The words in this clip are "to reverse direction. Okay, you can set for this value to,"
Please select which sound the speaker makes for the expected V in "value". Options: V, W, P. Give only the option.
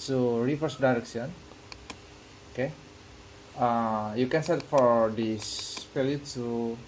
P